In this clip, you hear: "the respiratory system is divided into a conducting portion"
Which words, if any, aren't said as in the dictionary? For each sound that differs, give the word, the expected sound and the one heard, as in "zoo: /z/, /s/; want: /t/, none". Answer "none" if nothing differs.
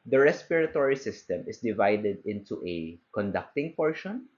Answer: is: /z/, /s/